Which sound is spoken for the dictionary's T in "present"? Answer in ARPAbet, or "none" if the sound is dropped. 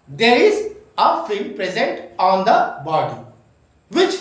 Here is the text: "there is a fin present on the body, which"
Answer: T